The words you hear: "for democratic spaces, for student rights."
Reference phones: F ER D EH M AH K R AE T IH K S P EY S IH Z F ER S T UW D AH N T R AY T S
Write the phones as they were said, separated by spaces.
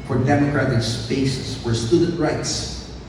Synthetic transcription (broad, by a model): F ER D EH M AH K R AE T IH K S B EY S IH S F ER S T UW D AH N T R AY T S